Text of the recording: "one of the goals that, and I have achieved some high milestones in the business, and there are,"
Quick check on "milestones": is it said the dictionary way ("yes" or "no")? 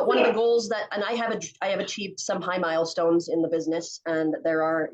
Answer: yes